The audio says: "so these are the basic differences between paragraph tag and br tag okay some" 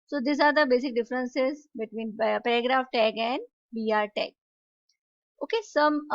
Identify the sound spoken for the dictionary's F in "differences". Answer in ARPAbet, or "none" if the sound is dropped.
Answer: F